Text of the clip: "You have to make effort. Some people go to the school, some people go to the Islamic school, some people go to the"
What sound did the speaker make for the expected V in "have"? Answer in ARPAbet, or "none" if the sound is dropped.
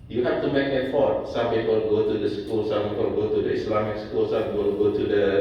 F